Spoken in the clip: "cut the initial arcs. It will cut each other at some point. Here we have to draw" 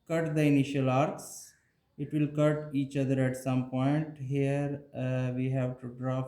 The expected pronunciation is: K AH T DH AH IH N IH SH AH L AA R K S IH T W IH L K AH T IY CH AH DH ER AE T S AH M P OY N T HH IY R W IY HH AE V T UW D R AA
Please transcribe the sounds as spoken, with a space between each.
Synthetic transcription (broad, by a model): K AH T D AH IH N IH SH AH L AA R K S IH T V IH L K AH T IY CH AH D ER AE T S AH M P OY N T HH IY R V IY HH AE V T UW D R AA